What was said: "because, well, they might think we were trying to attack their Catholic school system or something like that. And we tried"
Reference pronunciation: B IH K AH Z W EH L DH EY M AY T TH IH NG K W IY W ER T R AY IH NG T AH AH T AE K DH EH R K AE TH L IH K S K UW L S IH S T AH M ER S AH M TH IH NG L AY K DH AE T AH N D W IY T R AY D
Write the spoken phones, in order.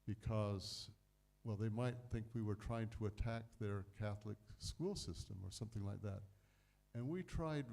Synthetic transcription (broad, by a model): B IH K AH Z W EH L DH EY M AY T TH IH NG K W IY W ER T R AY IH NG T AH AH T AE K DH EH R K AE TH L IH K S K UW L S IH S T AH M ER S AH M TH IH NG L AY K DH AE T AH N W IY T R AY D